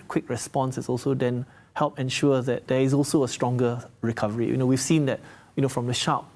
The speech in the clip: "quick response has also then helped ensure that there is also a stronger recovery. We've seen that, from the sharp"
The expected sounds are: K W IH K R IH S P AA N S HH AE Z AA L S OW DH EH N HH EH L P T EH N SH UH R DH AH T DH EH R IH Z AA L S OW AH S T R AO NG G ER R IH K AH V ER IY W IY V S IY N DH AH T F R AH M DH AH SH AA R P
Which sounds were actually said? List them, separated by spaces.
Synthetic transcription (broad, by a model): K W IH K R IH S P AA N S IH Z AA L S OW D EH N HH EH L P EH N SH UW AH DH AH T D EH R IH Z AA L S OW AH S T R AO NG G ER R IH K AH V ER IY W IY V S IY N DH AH T F R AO M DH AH SH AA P